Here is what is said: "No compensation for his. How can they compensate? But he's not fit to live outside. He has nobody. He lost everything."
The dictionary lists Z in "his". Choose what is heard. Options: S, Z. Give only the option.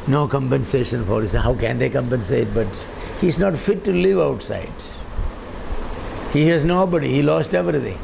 S